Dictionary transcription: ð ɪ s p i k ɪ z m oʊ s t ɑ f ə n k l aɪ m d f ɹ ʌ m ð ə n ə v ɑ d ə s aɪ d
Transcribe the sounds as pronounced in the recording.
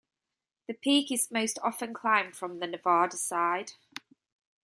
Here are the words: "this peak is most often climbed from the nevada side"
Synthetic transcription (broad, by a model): ð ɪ p i k ɪ z m oʊ s t ɑ f ə n k l aɪ m d f ɹ ʌ m ð ə n ə v ɑ d ə s aɪ d